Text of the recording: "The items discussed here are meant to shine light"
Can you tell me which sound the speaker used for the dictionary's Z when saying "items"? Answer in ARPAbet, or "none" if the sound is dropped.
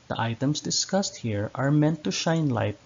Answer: S